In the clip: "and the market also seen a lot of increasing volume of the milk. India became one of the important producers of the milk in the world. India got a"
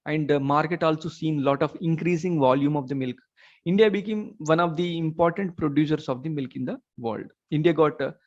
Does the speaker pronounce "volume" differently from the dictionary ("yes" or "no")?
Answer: no